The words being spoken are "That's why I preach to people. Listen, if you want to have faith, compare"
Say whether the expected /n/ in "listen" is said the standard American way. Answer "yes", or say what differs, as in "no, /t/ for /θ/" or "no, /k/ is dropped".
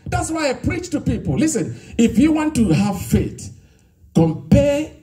yes